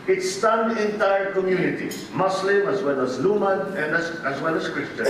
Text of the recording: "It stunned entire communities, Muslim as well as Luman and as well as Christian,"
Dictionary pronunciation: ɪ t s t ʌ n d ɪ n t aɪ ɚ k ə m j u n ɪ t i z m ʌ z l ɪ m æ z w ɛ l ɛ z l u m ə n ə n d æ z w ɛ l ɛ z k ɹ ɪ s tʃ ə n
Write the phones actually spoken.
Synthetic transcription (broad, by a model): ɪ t s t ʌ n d ɪ n t aɪ ɚ k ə m j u n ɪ t i m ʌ s l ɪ m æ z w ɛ l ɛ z l u m ə n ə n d æ z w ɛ l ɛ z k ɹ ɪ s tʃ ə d